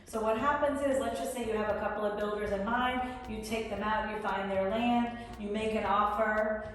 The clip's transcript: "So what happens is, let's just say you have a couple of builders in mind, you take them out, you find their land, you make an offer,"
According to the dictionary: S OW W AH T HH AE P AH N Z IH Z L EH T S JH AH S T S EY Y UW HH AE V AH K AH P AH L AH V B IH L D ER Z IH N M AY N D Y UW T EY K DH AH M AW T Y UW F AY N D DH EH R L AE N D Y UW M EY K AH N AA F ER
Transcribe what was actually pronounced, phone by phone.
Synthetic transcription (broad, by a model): S OW W AH T HH AE P AH N Z IH Z L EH T S JH AH S T S EY Y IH V AH K AH P L AH V B IH L D ER Z IH N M AY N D Y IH T EY K DH AH M AW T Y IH F AY N DH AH R L AE N D Y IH M EY K AH N AA F ER